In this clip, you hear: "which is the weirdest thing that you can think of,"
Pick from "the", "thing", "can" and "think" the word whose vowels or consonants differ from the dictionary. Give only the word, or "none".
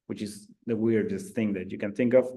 none